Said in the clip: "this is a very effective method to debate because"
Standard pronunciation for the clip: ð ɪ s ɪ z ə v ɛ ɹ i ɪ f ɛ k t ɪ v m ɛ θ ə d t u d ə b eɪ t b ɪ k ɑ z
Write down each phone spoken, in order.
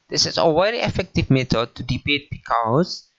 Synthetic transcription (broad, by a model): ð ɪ s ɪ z ə w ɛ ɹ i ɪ f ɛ k t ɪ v m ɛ t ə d t u d ə b eɪ t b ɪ k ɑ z